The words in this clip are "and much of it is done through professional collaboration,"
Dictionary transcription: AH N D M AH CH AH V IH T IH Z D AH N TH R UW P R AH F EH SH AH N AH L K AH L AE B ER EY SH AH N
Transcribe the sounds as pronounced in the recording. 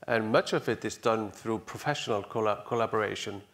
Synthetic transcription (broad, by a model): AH N M AH CH AH V IH T IH Z D AH N TH R UW P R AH F EH SH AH N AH L K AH L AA B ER EY SH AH N